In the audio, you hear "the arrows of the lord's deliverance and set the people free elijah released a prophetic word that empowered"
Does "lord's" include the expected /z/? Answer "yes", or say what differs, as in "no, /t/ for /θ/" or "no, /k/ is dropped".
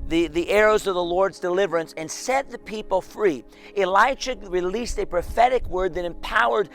yes